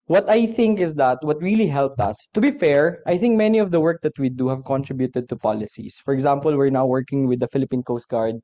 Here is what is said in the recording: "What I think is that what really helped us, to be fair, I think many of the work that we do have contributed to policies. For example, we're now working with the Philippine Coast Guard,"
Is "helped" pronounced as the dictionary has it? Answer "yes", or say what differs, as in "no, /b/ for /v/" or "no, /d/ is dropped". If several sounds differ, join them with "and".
yes